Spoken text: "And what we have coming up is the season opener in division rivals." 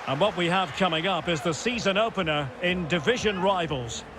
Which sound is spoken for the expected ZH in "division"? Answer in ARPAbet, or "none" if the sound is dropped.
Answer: ZH